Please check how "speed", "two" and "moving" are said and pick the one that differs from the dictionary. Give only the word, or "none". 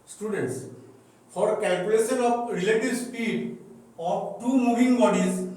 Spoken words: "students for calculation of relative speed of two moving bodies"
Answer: moving